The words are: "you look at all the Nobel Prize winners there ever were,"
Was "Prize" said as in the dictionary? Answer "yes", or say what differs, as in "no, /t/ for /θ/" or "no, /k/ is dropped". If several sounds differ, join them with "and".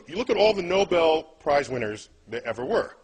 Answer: yes